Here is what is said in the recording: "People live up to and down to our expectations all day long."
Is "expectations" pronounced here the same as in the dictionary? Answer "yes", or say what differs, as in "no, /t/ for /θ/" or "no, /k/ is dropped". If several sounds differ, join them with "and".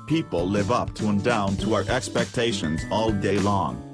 yes